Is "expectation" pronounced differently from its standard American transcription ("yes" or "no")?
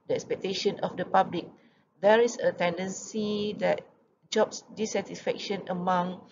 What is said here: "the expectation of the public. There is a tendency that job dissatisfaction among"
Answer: no